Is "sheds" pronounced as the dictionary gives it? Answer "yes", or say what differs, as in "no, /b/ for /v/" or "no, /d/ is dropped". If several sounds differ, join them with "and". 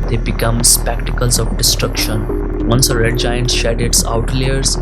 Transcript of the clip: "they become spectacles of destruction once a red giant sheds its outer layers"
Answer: no, /z/ is dropped